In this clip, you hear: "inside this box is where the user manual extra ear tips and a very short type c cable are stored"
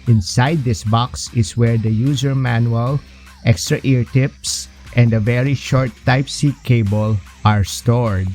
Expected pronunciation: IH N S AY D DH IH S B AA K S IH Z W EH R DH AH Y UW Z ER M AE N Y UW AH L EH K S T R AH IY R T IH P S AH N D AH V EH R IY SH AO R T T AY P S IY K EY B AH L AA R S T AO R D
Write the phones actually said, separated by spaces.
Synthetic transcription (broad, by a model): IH N S AY D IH S B AA K S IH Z W EH R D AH Y UW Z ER M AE N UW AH L EH K S T R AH IY R T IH P S AH N D AH V EH R IY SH AO R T T AY P S IY K EY B AH L AA R S T AO R D